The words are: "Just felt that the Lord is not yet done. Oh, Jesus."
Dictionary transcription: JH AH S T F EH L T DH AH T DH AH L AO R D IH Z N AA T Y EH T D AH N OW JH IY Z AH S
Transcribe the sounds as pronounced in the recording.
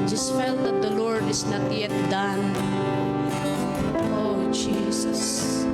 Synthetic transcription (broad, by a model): JH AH S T F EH L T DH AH T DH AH L AO R D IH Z N AA T Y EH T D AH N OW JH IY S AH S